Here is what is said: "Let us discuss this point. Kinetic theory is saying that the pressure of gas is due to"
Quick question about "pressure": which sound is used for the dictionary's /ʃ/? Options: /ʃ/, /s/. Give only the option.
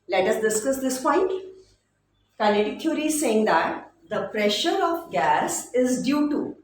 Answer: /ʃ/